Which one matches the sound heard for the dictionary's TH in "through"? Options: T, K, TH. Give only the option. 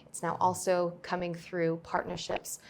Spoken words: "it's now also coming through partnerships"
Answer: TH